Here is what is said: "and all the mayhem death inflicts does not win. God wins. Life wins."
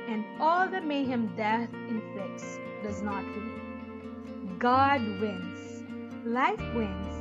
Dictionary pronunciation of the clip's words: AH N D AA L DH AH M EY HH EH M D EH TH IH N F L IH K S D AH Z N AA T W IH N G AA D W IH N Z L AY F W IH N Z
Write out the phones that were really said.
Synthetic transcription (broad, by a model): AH N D AA L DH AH M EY HH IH M D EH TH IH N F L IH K S D AH Z N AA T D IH G AA D W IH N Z L AY F W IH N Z